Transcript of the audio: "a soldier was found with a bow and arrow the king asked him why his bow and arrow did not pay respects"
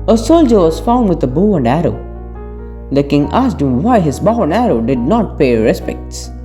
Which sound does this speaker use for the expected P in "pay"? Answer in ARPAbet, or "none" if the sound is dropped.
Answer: P